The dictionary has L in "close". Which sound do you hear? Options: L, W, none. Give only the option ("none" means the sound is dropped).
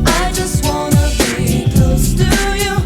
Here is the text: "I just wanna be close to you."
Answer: none